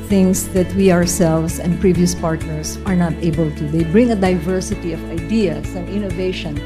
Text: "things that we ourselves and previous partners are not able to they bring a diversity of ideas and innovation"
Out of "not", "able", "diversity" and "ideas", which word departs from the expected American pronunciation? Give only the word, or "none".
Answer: ideas